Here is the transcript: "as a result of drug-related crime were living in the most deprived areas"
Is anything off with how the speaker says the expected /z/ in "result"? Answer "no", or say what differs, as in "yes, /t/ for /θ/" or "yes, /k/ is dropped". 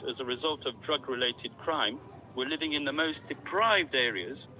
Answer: no